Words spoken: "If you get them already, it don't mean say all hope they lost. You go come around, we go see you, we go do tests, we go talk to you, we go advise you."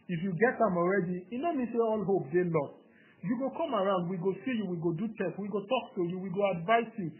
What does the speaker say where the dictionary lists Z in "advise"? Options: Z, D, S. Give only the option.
S